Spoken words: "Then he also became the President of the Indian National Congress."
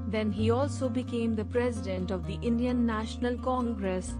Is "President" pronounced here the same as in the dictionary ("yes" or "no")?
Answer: yes